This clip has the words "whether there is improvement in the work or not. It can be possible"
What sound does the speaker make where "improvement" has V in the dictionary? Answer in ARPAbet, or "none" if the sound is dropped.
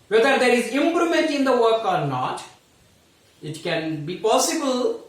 none